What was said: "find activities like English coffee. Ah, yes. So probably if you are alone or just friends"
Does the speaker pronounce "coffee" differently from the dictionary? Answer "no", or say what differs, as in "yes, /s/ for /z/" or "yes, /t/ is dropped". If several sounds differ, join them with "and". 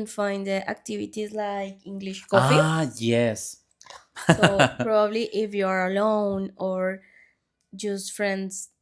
yes, /f/ is dropped